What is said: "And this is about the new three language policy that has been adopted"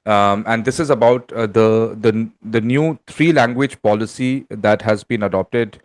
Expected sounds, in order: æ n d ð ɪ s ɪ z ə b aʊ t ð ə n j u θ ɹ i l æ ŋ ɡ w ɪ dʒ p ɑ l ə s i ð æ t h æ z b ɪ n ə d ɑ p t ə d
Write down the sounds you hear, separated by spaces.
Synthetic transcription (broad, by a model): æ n d ɪ s ɪ z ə b aʊ t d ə n j u t ɹ i l æ ŋ ɡ w ɪ dʒ p ɑ l ə s i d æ t h æ z b ɪ n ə d ɑ p t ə d